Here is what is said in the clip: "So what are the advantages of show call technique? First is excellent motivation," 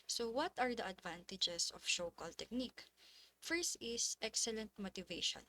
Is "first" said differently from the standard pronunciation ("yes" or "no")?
yes